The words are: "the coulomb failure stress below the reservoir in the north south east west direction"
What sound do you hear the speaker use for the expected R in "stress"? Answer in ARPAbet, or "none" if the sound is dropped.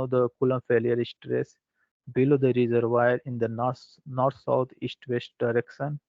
R